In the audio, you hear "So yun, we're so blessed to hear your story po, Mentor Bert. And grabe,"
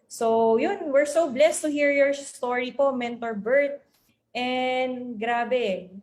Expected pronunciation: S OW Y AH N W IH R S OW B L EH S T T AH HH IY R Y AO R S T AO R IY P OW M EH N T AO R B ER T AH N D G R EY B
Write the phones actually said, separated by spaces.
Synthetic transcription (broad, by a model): S OW Y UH N W IH R S OW B L EH S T T AH HH IY R Y AO R S T AO R IY P OW M EH N T AO R B ER T AH N D G R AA B